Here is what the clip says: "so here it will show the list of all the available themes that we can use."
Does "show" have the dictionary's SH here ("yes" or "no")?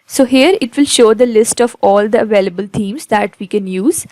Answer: yes